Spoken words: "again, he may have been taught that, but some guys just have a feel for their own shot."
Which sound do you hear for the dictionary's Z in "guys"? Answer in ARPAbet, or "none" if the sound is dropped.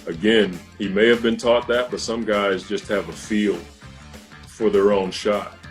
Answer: Z